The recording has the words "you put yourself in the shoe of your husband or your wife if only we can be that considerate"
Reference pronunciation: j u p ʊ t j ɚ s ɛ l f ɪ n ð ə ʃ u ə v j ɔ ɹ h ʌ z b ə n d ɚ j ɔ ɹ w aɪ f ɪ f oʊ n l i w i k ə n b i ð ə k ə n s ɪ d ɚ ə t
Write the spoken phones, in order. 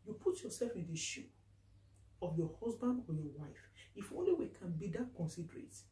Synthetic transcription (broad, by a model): j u p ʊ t j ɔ s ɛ l f ɪ n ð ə ʃ u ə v j ɔ h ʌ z b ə n d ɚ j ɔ w aɪ f ɪ f oʊ n l i w i k ə n b i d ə k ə n s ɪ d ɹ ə t